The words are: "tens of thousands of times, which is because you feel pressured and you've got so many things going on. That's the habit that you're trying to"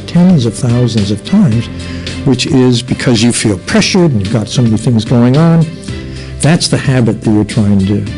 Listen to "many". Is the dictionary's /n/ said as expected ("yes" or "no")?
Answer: no